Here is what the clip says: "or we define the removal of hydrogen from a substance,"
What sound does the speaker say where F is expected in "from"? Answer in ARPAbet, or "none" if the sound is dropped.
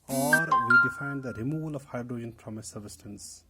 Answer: P